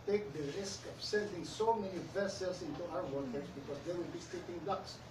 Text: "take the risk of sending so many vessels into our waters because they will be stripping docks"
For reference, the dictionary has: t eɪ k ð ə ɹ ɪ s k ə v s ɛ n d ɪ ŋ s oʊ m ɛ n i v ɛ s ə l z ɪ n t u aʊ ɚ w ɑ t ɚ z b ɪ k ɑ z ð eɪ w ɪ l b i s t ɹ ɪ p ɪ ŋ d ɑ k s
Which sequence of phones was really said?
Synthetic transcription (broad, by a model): t eɪ k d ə ɹ ɪ s k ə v s ɛ n d ɪ ŋ s oʊ m ɛ n i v ɛ s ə l s ɪ n t u aʊ ɚ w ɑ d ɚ s b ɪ k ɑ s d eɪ w ɪ l b i s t ɪ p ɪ ŋ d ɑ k s